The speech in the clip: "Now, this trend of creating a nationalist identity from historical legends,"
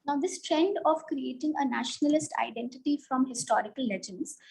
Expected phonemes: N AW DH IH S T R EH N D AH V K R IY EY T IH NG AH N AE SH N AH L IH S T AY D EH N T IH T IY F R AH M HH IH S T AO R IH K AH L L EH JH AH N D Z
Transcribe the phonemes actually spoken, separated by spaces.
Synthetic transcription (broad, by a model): N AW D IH S T R EH N D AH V K R IY EY T IH NG AH N AE SH N AH L IH S T AY D EH N T IH T IY F R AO M HH IH S T AO R IH K AH L L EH JH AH N D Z